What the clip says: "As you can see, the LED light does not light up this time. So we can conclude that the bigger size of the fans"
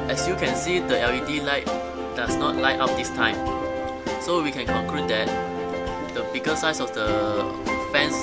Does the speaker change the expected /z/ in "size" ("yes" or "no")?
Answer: yes